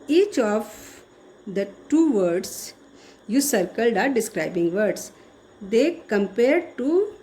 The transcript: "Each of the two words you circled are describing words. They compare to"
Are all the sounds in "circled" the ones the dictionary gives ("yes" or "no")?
yes